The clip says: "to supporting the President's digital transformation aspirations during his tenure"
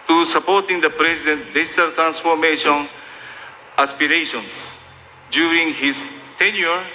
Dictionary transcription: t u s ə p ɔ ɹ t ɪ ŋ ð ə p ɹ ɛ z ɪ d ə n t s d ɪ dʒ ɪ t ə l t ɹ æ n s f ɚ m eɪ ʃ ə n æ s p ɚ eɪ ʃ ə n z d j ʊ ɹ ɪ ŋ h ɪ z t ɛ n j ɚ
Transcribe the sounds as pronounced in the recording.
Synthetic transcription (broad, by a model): t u s ə p ɔ ɹ t ɪ ŋ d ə p ɹ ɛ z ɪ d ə n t d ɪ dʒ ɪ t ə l t ɹ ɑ n s f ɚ m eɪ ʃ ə n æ s p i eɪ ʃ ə n s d j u ɹ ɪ ŋ h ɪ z t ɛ n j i